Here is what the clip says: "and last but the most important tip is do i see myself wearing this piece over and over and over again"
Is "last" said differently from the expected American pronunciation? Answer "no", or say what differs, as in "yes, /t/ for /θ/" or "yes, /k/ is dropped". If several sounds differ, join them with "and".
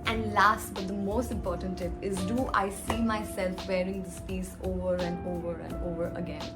no